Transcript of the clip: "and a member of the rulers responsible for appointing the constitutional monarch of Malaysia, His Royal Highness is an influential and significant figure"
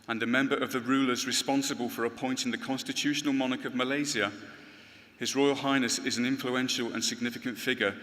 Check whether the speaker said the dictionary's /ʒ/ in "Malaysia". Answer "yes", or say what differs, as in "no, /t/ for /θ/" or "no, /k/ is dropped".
no, /z/ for /ʒ/